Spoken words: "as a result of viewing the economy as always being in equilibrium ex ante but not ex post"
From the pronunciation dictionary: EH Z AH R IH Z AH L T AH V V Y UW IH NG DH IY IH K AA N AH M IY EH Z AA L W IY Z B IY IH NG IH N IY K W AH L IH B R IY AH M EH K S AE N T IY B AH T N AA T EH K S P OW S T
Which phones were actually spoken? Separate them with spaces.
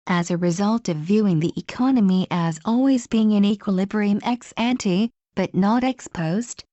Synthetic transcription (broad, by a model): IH Z AH R IH Z AH L T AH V V Y UW IH NG DH IY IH K AA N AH M IY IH Z AA L W IY Z B IY IH NG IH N IY K W AH L IH B R IY AH M EH K S AE N T IY B AH T N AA T EH K S P OW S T